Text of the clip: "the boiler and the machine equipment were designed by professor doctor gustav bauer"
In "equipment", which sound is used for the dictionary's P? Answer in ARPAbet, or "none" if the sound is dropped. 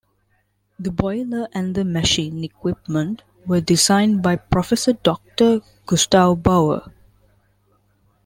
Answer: P